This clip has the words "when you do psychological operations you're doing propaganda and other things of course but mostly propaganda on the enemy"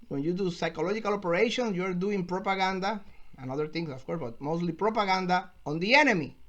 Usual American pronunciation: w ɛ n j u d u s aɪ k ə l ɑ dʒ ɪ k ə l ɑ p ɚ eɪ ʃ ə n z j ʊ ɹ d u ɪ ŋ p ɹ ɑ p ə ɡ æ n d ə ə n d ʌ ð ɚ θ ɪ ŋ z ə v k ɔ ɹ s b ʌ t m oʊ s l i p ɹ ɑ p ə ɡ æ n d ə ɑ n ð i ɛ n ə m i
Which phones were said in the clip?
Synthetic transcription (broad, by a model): w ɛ n j u d u s aɪ k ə l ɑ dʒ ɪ k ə l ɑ p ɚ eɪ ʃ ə n s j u ɹ d u ɪ ŋ p ɹ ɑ p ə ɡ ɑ n d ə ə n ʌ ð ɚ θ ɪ ŋ s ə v k ɔ ɹ s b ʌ t m oʊ s l i p ɹ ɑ p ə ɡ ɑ n d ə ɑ n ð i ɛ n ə m i